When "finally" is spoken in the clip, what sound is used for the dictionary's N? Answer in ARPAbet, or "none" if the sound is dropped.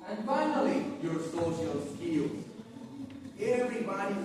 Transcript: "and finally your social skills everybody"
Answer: N